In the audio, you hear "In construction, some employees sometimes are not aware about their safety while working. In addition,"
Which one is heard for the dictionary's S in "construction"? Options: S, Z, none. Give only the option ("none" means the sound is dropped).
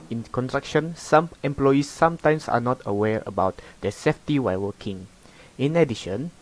none